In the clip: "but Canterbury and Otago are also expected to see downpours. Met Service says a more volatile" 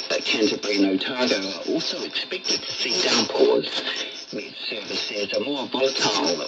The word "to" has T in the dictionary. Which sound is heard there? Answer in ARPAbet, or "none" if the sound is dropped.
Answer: S